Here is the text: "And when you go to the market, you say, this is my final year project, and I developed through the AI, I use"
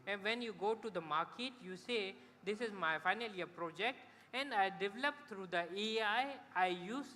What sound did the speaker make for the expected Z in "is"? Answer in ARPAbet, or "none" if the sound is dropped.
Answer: Z